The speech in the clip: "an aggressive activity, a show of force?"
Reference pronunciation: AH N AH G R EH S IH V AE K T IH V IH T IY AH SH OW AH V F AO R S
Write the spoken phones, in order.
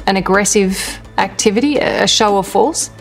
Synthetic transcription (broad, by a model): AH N AH G R EH S IH V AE K T IH V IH T IY AH SH OW AH V F AO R S